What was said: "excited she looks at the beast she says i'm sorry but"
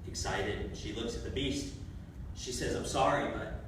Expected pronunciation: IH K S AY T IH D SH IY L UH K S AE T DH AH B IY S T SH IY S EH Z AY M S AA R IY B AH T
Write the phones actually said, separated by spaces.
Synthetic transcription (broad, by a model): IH K S AY T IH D SH IY L UH K S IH T DH AH B IY S T SH IY S EH Z AY M S AA R IY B AH T